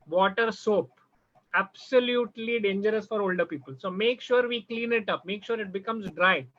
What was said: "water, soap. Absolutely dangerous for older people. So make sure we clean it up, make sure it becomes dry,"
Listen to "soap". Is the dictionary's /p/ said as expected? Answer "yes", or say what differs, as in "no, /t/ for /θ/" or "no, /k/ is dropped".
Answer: yes